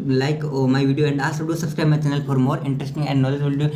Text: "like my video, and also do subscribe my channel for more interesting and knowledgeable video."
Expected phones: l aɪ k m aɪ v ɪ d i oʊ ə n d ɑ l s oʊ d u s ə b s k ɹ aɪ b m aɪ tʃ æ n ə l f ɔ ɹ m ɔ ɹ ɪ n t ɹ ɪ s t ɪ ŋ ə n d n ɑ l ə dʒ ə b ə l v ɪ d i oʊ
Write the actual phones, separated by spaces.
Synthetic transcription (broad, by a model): l aɪ k m aɪ v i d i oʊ ə n d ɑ s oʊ d u s ə b s k ɹ aɪ b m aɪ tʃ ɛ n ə l f ɔ ɹ m ɔ ɹ ɪ n t ɹ ɪ s t ɪ ŋ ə n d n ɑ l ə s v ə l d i